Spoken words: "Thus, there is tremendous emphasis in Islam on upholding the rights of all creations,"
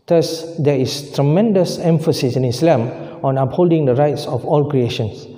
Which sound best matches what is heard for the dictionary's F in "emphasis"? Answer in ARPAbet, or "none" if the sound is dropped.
F